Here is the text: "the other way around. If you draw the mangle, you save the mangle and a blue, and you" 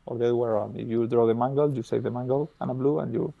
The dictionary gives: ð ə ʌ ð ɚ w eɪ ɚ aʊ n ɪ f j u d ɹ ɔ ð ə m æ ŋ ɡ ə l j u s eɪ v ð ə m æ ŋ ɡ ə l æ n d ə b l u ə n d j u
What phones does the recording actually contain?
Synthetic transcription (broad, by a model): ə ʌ i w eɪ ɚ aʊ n ɪ f j u d ɹ ɔ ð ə m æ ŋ ɡ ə l j u s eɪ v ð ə m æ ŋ ɡ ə l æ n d ə b l u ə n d j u